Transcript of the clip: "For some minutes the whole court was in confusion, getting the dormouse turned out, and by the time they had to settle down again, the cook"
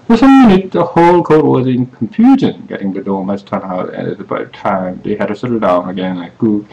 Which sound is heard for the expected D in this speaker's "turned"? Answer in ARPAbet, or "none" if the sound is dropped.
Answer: none